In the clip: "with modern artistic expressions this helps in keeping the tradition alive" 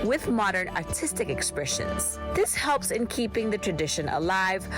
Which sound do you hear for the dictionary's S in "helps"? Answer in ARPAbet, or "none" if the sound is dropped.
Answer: S